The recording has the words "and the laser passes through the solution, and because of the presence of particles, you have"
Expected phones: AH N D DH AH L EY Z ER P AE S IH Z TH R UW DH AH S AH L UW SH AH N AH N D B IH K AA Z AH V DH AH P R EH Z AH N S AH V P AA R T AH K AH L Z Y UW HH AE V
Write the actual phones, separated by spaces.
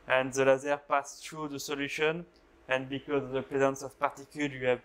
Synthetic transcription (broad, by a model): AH N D DH AH L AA Z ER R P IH S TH R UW DH AH S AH L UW SH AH N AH N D B IH K AA Z AH V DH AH P R EH Z AH N S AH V P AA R T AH K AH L Y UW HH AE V